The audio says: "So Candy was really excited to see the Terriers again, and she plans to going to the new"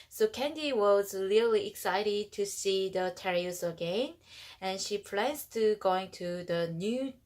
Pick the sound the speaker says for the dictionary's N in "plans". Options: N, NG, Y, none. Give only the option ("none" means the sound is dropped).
none